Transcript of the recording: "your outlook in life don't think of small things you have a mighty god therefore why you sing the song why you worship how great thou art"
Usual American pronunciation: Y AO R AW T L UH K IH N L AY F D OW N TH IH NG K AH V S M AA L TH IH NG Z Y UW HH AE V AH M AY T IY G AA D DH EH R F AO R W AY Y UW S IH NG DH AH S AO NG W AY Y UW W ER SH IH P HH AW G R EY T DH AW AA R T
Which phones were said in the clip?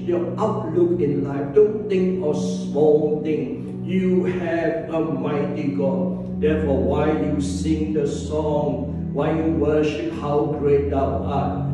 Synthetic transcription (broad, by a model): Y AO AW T L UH K IH N L AY F D OW N T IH NG K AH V S M AA L T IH NG Y UW HH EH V AH M AY T IY G AA D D EH F AO W AY Y UW S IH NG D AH S AO NG W AY Y UW W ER SH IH P HH AW G R EY T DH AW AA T